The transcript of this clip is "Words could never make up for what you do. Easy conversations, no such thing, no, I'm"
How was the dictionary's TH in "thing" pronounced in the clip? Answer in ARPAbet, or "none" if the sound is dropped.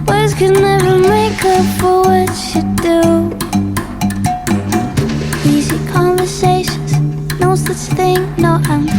TH